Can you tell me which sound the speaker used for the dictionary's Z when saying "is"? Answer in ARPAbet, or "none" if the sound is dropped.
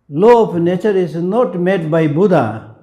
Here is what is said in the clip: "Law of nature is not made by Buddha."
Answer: S